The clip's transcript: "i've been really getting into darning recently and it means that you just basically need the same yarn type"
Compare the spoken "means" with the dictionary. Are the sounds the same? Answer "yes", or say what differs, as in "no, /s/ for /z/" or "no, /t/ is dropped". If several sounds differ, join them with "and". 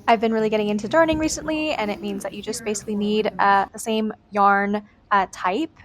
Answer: yes